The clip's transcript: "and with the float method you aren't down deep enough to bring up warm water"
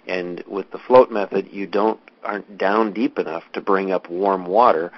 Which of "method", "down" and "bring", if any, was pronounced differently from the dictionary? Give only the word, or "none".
none